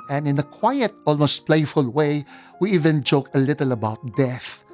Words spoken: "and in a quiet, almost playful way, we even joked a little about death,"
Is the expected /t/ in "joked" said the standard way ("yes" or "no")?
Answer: no